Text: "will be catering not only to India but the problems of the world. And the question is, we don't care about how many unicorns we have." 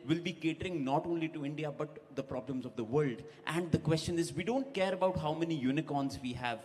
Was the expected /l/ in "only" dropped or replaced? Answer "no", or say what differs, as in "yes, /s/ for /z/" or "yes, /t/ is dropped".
no